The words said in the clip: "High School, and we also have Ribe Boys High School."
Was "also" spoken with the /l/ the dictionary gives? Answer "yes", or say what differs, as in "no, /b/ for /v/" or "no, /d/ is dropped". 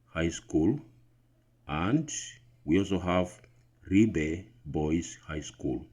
yes